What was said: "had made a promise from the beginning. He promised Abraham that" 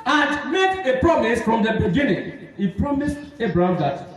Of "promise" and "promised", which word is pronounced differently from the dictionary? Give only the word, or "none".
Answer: none